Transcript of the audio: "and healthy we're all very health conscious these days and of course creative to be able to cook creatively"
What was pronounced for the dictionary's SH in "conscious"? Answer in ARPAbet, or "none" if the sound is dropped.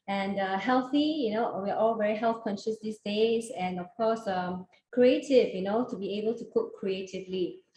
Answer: SH